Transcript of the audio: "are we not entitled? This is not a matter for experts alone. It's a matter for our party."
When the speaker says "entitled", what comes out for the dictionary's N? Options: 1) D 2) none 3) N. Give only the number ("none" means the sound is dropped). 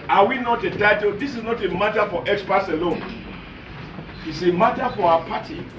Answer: 2